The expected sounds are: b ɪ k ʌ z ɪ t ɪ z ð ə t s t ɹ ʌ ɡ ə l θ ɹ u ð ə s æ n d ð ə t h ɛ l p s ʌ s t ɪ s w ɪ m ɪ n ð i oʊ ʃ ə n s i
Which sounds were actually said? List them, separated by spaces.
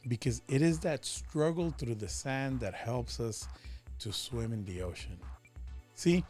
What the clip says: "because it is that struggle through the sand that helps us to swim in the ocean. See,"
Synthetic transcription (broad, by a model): b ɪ k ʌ z ɪ t ɪ z ð ə t s t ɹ ʌ ɡ l θ ɹ u ð ə s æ n ð ə t h ɛ l p s ʌ s t ɪ s w ɪ m ɪ n ð i oʊ ʃ ə n s i